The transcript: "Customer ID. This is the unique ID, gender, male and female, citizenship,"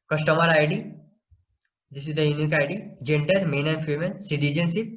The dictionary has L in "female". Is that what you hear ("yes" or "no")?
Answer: no